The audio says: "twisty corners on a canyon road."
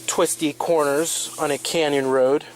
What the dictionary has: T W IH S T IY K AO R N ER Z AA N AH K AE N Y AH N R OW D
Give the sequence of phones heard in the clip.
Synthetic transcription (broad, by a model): T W IH S T IY K AO R N ER Z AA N AH K AE N Y AH N R OW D